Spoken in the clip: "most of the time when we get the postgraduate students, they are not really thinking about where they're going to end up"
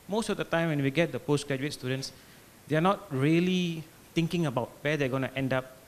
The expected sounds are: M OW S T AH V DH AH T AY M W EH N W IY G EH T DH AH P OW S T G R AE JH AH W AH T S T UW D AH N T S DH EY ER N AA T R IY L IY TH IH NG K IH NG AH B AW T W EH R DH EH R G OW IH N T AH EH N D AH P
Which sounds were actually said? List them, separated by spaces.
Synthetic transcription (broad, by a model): M OW S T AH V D AH T AY M W EH N W IY G EH T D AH P OW S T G R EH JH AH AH T S T UW D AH N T S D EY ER N AA T R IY L IY T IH NG K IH NG AH B AW T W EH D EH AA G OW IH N T EH N D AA P